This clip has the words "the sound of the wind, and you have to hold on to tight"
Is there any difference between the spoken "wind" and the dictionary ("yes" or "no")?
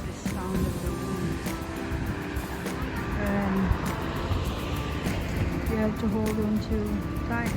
yes